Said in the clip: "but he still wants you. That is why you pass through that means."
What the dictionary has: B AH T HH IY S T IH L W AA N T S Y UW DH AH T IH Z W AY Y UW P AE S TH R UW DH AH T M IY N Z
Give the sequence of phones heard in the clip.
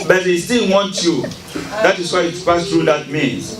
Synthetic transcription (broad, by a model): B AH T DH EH S T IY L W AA N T Y UW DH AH T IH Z W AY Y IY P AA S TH R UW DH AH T M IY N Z